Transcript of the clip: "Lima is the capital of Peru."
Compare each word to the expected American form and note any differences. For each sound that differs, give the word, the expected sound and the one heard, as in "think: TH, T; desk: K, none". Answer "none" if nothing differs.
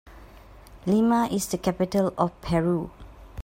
of: V, F